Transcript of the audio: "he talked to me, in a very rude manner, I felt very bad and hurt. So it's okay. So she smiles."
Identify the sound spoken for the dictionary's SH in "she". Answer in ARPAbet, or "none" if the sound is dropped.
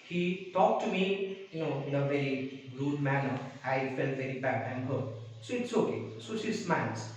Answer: S